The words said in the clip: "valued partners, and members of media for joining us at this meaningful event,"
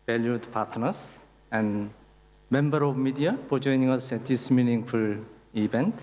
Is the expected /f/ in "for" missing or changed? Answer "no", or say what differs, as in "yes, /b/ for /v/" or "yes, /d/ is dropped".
yes, /p/ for /f/